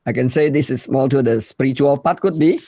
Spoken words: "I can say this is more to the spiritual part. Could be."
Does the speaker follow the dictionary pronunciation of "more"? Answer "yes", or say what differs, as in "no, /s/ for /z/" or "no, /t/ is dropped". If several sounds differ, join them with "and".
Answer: no, /l/ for /ɹ/